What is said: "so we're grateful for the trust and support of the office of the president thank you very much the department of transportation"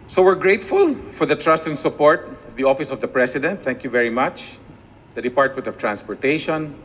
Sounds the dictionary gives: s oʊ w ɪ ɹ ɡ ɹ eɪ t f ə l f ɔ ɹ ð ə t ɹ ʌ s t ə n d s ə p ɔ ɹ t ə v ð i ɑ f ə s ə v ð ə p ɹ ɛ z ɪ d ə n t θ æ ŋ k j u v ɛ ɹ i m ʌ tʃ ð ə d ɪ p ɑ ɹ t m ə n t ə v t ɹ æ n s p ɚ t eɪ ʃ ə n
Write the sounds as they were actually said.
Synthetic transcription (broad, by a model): s oʊ w ɪ ɹ ɡ ɹ eɪ t f ə l f ɔ ɹ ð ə t ɹ ʌ s t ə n s ə p ɔ ɹ t ə v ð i ɑ f ə s ə v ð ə p ɹ ɛ s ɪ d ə n t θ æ ŋ k j u v ɛ ɹ i m ʌ tʃ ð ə d ɪ p ɑ ɹ t m ə n t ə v t ɹ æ n s p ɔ t eɪ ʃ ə n